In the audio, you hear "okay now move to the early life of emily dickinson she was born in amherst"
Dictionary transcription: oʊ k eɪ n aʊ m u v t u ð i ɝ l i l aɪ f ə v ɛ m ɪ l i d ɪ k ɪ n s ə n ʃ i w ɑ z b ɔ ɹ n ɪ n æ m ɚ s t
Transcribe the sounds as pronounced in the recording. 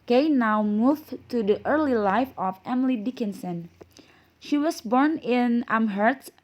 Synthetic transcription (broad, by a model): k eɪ n aʊ m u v t u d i ɝ l i l aɪ f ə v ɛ m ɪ l i d ɪ k ɪ n s ə n ʃ i w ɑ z b ɔ ɹ n ɪ n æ m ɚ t